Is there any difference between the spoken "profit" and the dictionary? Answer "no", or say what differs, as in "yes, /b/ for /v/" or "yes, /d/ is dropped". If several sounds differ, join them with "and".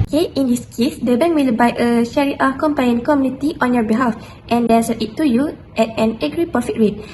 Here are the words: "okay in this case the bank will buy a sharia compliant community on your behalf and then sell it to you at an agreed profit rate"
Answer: yes, /ɹ/ is dropped